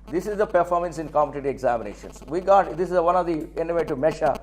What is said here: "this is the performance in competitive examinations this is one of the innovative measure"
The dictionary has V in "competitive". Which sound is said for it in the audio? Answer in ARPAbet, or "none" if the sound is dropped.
none